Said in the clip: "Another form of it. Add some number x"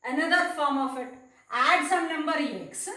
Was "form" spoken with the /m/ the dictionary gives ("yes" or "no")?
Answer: yes